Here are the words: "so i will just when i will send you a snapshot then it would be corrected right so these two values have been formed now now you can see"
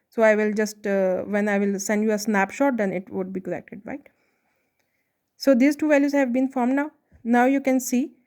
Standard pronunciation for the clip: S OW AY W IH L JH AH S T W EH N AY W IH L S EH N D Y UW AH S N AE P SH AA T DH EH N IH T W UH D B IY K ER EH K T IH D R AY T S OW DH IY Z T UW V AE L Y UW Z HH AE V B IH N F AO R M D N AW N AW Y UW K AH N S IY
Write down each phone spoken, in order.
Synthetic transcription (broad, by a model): S OW AY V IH L JH AH S T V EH N AY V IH L S EH N D Y UW AH S N AE P SH AA T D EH N IH T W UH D B IY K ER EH K T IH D R AY T S OW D IY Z T UW V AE L Y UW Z HH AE V B IH N F AO R M D N AW N AW Y UW K AH N S IY